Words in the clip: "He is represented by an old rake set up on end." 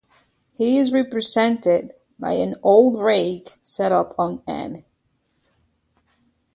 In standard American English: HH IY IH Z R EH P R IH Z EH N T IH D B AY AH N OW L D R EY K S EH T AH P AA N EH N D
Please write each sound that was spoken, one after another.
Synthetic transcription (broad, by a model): HH IY IH Z R EH P R IH Z EH N T IH D B AY AH N OW L D R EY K S EH T AH P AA N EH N